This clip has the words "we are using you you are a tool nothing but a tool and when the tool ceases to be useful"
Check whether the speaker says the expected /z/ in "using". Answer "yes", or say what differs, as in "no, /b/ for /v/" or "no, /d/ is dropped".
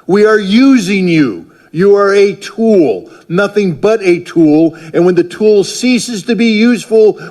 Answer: yes